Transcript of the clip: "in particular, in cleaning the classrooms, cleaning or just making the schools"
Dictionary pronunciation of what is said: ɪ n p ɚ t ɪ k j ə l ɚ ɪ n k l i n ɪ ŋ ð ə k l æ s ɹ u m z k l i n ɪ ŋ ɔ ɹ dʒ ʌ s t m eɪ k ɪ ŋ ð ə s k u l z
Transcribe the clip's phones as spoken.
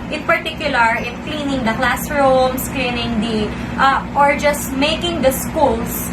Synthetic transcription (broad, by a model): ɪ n p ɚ t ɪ k j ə l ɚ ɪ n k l i n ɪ ŋ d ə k l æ s ɹ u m s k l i n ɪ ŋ ɔ ɹ dʒ ʌ s t m eɪ k ɪ ŋ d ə s k u l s